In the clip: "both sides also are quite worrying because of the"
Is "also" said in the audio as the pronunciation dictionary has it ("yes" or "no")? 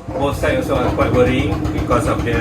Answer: no